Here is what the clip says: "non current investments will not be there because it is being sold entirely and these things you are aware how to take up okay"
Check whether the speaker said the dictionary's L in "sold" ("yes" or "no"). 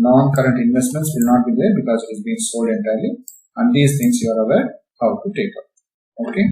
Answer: no